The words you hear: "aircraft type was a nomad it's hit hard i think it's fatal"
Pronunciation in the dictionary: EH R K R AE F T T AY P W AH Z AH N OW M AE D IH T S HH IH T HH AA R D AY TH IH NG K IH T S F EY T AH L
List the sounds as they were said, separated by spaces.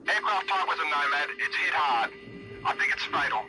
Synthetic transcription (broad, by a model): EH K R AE F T T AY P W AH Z AH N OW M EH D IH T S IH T HH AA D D AY TH IH NG K IH T S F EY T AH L